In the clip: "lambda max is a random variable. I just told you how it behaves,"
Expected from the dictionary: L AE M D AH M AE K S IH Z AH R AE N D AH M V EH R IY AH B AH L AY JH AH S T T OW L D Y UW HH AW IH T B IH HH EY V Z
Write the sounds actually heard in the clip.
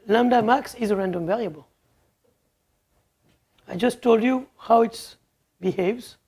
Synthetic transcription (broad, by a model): L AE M D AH M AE K S IH Z AH R AE N D AH M V EH R IY AH B AH L AY JH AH S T T OW L D Y UW HH AW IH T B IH HH EY V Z